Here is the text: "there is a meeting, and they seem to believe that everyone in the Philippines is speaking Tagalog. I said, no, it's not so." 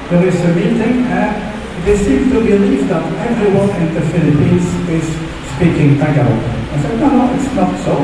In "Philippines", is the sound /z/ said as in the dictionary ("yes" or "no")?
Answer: no